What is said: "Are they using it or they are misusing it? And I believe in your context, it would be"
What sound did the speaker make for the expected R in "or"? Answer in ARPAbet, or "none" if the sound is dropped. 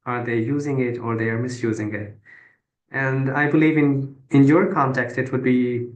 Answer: R